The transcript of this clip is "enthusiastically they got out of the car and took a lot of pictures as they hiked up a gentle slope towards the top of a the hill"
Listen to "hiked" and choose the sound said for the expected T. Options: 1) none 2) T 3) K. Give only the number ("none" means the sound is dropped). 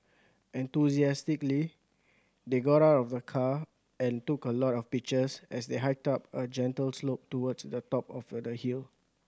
2